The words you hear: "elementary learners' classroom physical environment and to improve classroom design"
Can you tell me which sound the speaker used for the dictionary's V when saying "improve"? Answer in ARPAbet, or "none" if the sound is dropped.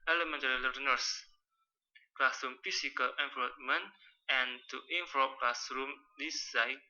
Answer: P